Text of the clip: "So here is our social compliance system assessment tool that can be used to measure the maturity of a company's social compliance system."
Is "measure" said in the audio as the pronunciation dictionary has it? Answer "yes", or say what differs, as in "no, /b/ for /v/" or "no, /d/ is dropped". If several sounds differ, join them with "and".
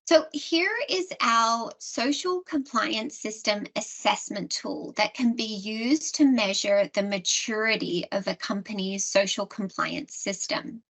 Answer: yes